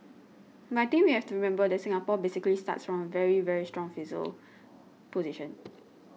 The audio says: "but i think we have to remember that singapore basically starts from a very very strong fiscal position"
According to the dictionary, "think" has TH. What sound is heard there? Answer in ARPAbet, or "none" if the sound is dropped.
T